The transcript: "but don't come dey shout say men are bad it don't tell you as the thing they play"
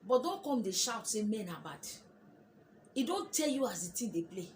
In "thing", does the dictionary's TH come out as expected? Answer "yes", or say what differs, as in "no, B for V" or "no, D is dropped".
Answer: no, T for TH